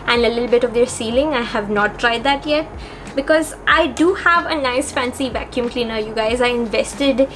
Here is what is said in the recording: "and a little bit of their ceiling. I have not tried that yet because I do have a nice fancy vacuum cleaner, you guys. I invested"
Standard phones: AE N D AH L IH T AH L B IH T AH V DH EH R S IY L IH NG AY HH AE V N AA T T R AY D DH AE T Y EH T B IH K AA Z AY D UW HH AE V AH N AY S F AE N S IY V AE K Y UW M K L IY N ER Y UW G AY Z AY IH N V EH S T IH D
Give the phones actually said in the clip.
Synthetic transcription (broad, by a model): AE N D AH L IH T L B IH T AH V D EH R S IY L IH NG AY HH AE V N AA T T R AY D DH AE T Y EH T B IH K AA Z AY D UW HH AE V AH N AY S F AE N S IY V AE K Y UW M K L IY N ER Y UW G AY Z AY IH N V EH S T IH D